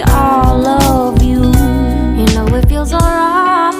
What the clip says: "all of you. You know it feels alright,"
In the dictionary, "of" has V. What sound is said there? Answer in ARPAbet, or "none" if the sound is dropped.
V